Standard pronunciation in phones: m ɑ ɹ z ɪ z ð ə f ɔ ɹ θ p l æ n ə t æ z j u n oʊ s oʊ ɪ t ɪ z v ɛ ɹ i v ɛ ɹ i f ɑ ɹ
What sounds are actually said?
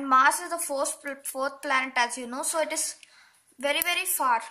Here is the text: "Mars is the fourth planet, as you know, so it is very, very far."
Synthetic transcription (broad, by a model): m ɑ ɹ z ɪ z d ə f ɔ ɹ t p l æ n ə t æ z j u n oʊ s oʊ ɪ t ɪ z v ɛ ɹ i v ɛ ɹ i f ɑ ɹ